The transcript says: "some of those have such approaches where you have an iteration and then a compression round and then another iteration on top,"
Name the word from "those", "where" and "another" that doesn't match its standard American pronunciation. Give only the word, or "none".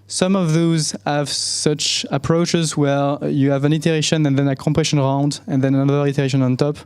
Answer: none